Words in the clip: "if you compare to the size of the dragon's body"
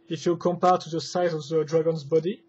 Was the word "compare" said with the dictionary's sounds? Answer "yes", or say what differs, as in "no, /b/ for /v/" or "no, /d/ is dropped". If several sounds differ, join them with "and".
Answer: yes